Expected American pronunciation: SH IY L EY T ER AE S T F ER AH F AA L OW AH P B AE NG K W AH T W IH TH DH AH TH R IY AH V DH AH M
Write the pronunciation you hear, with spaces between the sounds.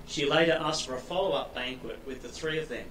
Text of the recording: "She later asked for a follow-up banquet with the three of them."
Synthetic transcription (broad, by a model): SH IY L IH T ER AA S F ER AH F AA L OW AH P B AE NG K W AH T W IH DH AH TH R IY AH V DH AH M